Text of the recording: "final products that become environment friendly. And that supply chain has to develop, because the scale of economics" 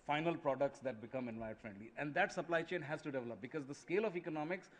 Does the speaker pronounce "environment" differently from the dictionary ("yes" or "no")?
yes